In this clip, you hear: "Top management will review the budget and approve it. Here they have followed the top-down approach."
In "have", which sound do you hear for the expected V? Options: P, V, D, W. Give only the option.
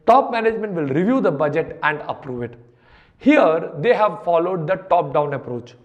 V